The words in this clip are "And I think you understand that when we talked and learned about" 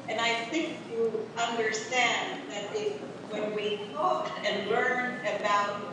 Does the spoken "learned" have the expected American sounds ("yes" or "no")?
no